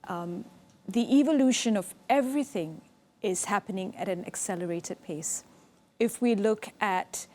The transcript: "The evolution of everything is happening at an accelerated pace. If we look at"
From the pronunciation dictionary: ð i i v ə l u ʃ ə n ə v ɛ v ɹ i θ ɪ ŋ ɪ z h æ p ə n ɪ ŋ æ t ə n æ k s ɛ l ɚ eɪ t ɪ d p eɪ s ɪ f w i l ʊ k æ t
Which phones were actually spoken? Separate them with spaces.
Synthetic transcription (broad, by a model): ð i i v ə l u ʃ ə n ə v ɛ v ɹ i θ ɪ ŋ ɪ z h æ p ə n ɪ ŋ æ t ə n æ k s ɛ l ɚ eɪ t ɪ d p eɪ s ɪ f w i l ʊ k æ t